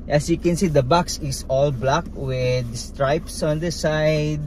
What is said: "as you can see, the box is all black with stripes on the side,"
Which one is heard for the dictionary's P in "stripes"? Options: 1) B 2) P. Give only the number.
2